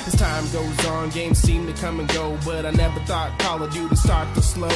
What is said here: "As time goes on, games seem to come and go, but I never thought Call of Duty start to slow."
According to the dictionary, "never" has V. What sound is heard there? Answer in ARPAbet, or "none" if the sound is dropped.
V